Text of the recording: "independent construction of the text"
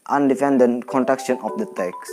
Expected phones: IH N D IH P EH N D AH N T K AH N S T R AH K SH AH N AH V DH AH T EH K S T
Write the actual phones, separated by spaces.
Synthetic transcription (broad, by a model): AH N D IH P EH N D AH N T K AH N T R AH K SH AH N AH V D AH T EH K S